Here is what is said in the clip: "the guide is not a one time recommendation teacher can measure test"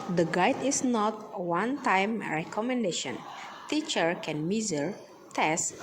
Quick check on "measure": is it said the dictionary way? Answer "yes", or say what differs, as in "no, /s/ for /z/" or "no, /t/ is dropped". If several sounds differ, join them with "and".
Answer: no, /z/ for /ʒ/